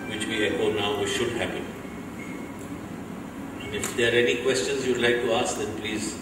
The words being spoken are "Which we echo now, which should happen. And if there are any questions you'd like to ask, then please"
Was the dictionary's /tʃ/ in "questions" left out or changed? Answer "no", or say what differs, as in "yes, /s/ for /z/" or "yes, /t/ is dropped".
no